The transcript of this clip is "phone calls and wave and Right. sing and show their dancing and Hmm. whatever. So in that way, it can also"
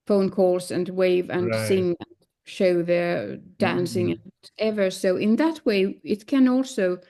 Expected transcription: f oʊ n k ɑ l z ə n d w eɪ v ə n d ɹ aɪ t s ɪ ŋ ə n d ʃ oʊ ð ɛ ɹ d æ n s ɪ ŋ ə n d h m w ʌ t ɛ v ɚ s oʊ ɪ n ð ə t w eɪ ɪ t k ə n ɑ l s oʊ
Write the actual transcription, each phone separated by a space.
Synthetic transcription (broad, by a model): f oʊ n k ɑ l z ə n w eɪ v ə n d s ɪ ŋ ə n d ʃ oʊ ð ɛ ɹ d æ n s ɪ ŋ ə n ɛ v ɚ s oʊ ɪ n ð ə t w eɪ ɪ t k ə n ɑ l s oʊ